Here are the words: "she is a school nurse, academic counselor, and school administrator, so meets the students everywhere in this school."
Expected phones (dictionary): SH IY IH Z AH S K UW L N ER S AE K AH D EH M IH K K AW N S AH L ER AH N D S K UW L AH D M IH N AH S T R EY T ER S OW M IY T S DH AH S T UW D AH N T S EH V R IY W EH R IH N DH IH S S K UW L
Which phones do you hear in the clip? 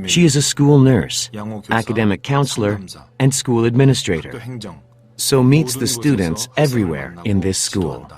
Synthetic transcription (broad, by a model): SH IY IH Z AH S K UW L N ER S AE K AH D EH M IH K K AW N S L ER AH N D S K UW L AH D M IH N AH S T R EY T ER S OW M IY T S DH AH S T UW D N T S EH V R IY W EH R IH N DH IH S S K UW L